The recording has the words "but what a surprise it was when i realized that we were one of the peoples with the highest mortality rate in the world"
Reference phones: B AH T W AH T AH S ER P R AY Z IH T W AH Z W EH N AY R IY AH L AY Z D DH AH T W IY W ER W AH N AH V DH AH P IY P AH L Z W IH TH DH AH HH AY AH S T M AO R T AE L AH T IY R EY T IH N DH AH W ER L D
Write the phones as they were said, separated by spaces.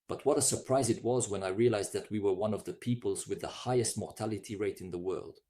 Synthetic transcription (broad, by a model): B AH T W AH T AH S ER P R AY Z IH T W AH Z W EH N AY R IY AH L AY Z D DH AH T W IY W ER W AH N AH V DH AH P IY P AH L Z W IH DH AH HH AY AH S T M AO R T AE L AH T IY R EY T IH N DH AH W ER L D